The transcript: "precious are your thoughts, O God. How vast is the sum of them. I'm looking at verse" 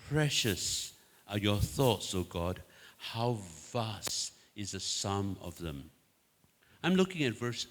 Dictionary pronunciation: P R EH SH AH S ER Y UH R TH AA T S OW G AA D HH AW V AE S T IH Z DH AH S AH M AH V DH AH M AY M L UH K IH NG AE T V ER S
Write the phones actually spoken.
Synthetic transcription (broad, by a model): P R EH SH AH S ER Y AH R TH AA T S OW G AA D HH AW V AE S T IH Z DH AH S AH M AH V DH AH M AY M L UH K IH NG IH T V ER S